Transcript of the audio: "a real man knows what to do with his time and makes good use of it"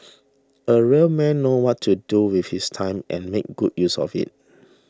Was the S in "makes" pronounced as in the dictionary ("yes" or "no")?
no